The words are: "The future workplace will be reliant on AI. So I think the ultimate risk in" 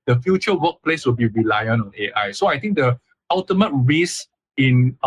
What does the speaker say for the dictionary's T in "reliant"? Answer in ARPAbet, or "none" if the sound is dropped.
none